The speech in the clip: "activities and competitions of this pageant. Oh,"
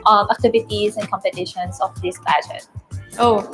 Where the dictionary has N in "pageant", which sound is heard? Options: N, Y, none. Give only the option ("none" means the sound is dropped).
none